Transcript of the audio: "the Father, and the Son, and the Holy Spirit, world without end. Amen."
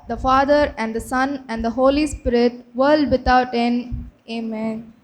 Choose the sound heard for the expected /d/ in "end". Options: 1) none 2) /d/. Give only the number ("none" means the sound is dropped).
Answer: 1